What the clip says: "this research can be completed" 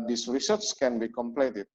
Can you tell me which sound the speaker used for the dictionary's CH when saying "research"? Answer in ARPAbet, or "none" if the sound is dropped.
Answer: S